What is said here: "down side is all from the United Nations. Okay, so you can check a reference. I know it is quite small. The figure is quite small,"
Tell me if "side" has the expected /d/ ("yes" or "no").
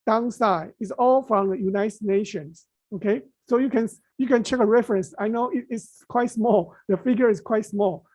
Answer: no